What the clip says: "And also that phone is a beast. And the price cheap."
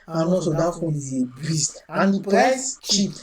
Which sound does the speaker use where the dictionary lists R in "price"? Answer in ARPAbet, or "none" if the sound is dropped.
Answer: none